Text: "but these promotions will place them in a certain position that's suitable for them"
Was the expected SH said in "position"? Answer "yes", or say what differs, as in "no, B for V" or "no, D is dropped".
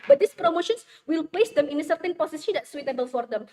no, S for SH